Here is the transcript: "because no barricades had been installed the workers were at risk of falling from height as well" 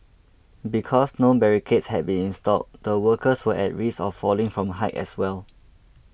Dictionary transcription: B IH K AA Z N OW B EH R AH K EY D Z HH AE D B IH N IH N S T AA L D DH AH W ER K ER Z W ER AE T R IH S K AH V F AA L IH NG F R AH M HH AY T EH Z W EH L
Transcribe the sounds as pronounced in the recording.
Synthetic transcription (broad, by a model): B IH K AA S N OW B EH R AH K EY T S HH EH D B IH N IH N S T AA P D AH W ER K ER S W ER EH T R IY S AH F AA L IH NG F R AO M HH AY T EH S W EH L